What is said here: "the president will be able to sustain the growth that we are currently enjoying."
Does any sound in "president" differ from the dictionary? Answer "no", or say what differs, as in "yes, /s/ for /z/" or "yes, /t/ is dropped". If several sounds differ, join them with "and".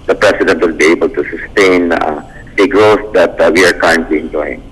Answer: yes, /s/ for /z/